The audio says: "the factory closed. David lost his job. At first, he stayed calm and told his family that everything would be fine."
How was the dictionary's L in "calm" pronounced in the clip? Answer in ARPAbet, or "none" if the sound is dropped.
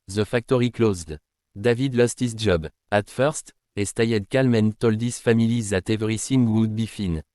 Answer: L